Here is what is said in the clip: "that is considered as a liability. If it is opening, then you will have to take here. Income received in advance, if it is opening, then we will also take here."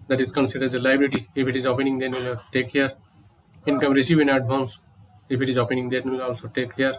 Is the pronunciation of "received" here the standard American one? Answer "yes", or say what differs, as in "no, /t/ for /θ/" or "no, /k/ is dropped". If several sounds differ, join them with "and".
no, /d/ is dropped